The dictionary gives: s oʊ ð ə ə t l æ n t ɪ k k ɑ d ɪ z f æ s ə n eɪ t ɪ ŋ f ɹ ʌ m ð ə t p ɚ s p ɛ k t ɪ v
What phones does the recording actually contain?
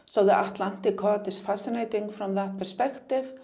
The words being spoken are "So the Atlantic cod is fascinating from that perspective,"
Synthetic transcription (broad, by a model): s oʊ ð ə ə t l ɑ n t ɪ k k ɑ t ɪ s f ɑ s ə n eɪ t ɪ ŋ f ɹ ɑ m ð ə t p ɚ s p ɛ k t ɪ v